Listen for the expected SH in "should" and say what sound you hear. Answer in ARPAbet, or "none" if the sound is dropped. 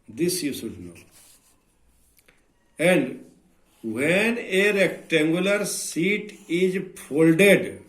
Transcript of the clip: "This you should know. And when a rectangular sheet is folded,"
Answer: S